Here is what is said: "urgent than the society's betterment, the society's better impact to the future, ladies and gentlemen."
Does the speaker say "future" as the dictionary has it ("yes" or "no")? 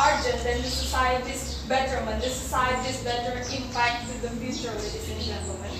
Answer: no